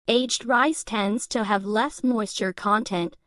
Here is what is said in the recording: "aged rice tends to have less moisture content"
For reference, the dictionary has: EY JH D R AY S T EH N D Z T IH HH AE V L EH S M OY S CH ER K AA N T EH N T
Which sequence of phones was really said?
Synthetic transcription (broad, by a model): EY JH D R AY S T EH N D Z T IH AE V L EH S M OY S CH ER K AA N T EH N T